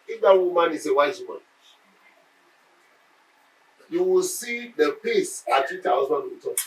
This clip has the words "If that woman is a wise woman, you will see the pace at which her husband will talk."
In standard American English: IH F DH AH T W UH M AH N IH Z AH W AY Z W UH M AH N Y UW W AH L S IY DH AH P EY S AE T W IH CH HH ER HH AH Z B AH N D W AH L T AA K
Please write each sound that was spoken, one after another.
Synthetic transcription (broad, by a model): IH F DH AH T W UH M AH N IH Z AH W AY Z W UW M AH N Y UW W AH L S IY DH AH P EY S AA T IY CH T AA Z AH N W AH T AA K